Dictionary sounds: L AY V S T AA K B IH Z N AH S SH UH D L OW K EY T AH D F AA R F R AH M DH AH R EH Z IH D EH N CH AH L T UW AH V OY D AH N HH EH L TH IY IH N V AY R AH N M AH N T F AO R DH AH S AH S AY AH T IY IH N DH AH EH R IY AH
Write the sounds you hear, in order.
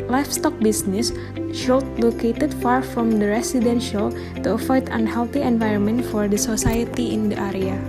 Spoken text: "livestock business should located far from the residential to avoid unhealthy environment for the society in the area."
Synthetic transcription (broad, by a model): L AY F S T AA K B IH S N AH S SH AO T L OW K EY T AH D F AA R F R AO M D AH R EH S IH D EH N SH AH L T UW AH F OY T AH N HH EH L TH IY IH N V AY R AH N M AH N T F AO R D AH S AH S AY AH T IY IH N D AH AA R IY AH